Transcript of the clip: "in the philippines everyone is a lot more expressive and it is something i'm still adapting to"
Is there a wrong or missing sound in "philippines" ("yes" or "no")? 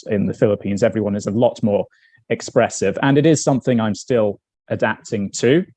no